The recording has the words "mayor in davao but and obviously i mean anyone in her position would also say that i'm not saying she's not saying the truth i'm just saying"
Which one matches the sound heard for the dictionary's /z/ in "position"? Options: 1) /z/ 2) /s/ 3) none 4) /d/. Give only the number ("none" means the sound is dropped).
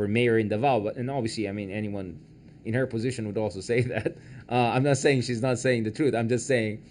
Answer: 1